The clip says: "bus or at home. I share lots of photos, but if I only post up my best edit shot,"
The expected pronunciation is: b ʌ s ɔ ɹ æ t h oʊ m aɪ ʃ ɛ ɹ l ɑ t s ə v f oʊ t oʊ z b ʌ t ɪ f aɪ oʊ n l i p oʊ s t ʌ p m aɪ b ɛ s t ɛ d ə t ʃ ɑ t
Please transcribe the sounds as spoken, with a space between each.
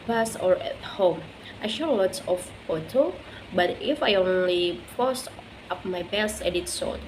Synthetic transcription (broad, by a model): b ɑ s ɔ ɹ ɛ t h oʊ m aɪ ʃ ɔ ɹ l ɑ t s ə f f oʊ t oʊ b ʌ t ɪ f aɪ oʊ n l i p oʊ s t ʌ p m aɪ b ɛ s t ɛ d ə t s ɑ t